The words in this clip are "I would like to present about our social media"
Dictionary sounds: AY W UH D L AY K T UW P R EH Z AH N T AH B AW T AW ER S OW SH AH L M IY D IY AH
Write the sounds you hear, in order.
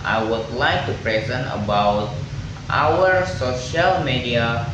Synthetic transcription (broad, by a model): AY W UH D L AY K T UW P R EH Z AH N T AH B AW T AW ER S OW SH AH L M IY D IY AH